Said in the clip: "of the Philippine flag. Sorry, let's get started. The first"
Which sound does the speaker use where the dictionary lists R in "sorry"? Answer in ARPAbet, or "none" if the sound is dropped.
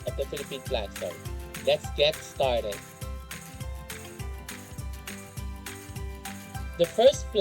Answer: none